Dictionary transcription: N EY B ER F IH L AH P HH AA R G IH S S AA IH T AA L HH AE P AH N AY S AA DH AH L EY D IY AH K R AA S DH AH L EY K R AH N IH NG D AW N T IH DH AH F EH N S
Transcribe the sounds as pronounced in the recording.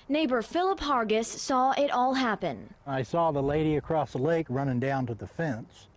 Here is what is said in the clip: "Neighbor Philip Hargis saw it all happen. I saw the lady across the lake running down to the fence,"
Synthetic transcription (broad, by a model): N EY B ER F IH L AH P HH AA R G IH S S AA IH T AA L HH AE P AH N AY S AA DH AH L EY D IY AH K R AA S DH AH L EY K R AH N IH NG D AW N T IH DH AH F EH N S